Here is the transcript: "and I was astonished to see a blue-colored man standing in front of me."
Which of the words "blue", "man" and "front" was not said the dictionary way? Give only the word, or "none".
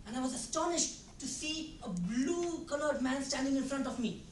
none